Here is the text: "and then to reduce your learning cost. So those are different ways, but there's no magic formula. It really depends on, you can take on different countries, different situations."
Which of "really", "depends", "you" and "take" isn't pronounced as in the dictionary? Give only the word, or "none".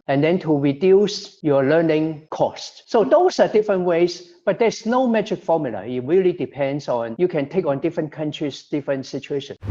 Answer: depends